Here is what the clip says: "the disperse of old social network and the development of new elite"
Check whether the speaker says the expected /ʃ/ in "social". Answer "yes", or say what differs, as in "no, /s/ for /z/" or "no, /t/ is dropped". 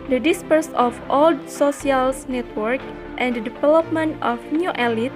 no, /s/ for /ʃ/